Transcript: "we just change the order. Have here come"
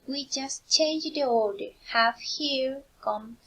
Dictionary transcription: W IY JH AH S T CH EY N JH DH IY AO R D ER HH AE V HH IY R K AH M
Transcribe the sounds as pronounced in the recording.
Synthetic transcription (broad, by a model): W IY JH AH S T CH EY N JH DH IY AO L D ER HH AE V HH IY R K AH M